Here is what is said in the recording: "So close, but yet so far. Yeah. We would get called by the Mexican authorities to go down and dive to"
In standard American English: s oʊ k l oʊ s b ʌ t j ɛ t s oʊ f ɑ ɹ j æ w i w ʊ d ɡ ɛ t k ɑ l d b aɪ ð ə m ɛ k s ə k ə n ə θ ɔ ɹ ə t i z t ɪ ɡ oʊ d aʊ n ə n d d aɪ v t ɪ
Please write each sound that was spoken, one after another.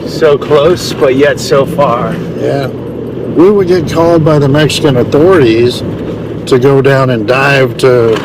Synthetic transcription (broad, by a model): s oʊ k l oʊ s b ʌ t j ɛ t s oʊ f ɑ ɹ j æ w i w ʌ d ɡ ɛ t k ɑ l d b aɪ ð ə m ɛ k s ə k ə n ə θ ɔ ɹ ə t i z t ɪ ɡ oʊ d aʊ n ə n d d aɪ v t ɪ